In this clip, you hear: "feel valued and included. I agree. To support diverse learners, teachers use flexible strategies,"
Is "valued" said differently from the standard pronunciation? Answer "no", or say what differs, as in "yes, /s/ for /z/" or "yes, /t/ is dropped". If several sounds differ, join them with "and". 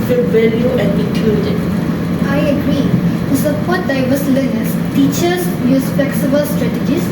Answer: yes, /d/ is dropped